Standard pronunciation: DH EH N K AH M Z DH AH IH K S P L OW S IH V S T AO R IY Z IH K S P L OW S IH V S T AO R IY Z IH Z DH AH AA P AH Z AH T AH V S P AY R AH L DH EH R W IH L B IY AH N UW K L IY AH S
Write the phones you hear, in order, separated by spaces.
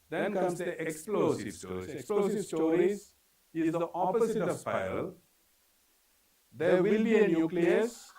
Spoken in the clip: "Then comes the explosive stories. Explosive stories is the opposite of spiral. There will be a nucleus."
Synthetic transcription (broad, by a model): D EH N K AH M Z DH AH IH K S P L OW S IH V S T AO R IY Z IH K S P L OW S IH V S T AO R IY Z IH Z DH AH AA P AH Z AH T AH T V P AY AH L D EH R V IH L B IY AH N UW K L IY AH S